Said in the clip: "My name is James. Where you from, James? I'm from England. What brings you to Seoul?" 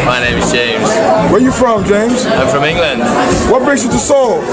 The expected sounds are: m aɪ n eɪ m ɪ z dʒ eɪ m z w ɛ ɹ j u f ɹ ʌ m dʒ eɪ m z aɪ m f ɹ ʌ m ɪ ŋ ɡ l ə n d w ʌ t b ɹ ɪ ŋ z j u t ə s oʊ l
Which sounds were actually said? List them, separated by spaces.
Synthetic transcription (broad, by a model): m aɪ n eɪ m ɪ z dʒ eɪ m z w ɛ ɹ j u f ɹ ʌ m dʒ eɪ m z aɪ m f ɹ ʌ m ɪ ŋ ɡ l ə n d w ʌ t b ɹ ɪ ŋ s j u t ə s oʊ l